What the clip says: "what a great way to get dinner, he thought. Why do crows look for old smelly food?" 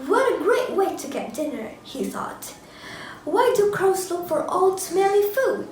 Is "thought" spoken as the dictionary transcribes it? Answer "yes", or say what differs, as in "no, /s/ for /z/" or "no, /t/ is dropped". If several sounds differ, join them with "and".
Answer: yes